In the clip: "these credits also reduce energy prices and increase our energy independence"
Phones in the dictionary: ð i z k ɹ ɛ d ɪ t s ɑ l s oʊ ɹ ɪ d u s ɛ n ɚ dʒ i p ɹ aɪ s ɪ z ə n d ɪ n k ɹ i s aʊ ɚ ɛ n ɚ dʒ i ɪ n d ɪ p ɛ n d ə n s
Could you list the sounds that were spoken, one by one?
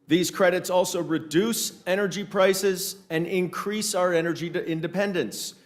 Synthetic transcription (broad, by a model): ð i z k ɹ ɛ d ɪ t s ɑ l s oʊ ɹ ɪ d u s ɛ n ɚ dʒ i p ɹ aɪ s ɪ z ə n ɪ n k ɹ i s aʊ ɚ ɛ n ɚ dʒ i ɪ n d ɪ p ɛ n d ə n s